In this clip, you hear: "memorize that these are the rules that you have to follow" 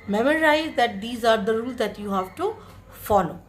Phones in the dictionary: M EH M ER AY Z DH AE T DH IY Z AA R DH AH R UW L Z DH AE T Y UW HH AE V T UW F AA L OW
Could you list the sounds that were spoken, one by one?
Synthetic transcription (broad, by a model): M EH M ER AY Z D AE T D IY Z AA R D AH R UW L Z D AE T Y UW HH AE V T UW F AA L OW